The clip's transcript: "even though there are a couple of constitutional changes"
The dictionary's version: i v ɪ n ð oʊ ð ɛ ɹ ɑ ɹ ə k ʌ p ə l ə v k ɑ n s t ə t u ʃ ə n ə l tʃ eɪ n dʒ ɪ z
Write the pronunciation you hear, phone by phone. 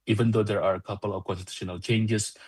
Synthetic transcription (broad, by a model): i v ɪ n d oʊ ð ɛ ɹ ɑ ɹ ə k ʌ p ə l ə v k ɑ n t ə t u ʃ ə n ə l tʃ eɪ n dʒ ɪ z